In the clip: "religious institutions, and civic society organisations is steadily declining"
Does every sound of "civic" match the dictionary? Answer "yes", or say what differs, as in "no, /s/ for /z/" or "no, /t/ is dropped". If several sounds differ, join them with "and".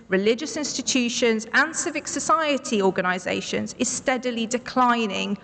yes